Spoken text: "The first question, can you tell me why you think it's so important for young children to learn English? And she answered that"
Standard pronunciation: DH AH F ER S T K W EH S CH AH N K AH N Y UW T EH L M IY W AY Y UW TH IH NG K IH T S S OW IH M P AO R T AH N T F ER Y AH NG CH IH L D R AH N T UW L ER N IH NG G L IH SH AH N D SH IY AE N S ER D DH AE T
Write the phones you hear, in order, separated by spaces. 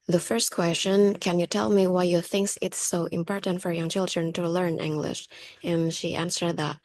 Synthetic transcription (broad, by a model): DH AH F ER S T K W EH S CH AH N K AH N Y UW T EH L M IY W AY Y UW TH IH NG K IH T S S OW IH M P AO R T AH N T F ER Y AH NG CH IH L D R AH N T UW L ER N IH NG G L IH SH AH N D SH IY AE N S ER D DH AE T